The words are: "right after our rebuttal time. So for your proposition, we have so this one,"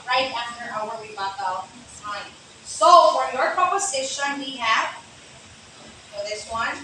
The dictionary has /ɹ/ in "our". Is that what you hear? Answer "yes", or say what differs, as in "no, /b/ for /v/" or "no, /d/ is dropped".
no, /w/ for /ɹ/